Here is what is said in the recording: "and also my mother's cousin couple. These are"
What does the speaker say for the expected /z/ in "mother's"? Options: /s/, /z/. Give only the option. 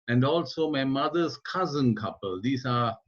/s/